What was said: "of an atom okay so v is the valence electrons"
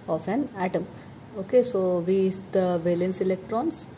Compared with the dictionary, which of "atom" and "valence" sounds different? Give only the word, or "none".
none